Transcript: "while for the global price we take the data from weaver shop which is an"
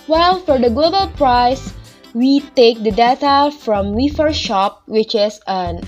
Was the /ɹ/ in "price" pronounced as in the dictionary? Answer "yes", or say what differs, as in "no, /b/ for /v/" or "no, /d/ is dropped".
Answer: yes